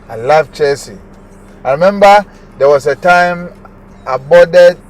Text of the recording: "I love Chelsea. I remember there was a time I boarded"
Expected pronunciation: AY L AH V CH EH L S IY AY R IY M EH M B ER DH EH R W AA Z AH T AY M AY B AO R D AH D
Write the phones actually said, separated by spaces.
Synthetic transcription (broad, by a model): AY L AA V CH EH S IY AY R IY M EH M B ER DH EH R W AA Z AH T AY M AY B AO D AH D